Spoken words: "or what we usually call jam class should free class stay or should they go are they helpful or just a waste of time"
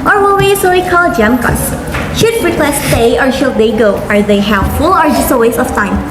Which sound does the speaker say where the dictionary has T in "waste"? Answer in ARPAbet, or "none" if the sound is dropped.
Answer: none